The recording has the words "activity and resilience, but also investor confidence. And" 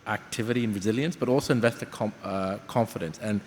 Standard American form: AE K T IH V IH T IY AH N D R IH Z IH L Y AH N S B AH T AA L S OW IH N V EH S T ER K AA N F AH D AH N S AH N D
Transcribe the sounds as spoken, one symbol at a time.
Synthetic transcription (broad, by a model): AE K T IH V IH T IY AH N R IH Z IH L Y AH N S B AH T AA L S OW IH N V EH S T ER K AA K F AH D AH N S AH N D